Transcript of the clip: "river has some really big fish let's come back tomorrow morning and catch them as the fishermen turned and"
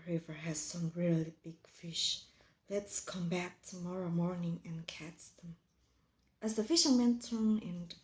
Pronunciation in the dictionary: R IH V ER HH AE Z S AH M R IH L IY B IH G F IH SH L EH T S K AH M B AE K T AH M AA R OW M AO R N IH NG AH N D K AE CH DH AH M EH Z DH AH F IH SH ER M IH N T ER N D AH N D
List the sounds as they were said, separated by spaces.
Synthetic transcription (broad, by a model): R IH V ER HH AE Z S AH M R IH L IY B IH G F IH SH L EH T S K AH M B AE K T AH M AA R OW M AO R N IH NG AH N K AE S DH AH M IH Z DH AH F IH SH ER M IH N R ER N AH N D